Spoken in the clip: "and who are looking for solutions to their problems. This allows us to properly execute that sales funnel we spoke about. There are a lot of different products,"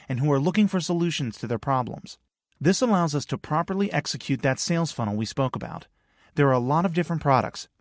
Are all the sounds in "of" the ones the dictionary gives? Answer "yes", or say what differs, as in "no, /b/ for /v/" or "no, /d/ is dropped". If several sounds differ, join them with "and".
yes